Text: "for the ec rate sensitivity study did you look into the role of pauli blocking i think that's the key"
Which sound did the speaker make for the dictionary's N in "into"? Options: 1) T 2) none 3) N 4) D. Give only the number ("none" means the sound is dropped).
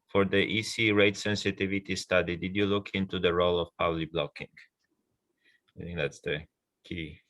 3